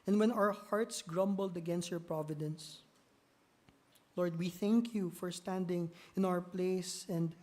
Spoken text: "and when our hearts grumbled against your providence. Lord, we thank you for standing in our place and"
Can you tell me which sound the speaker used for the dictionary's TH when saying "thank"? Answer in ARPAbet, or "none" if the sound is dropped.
TH